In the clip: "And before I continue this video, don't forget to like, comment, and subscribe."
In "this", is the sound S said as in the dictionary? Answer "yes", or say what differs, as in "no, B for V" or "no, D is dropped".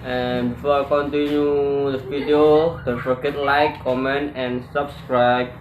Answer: no, S is dropped